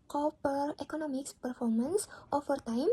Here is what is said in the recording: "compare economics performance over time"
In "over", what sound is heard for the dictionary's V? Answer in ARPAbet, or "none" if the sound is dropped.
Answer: F